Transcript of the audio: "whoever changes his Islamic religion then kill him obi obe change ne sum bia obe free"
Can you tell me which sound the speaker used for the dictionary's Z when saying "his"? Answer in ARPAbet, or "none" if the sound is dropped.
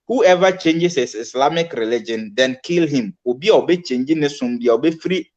S